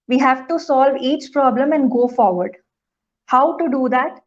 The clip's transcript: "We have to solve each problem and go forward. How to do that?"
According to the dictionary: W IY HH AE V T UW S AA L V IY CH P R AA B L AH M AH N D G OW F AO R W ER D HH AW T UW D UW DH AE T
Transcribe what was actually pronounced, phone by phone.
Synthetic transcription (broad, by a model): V IY HH AE V T UW S AA L V IY CH P R AA B L AH M AH N D G OW F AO R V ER D HH AW T UW D UW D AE T